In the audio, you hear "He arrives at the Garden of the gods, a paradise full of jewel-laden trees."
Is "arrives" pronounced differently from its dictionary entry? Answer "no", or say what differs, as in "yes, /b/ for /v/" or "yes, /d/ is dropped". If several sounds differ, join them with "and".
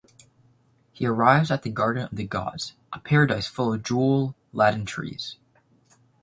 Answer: no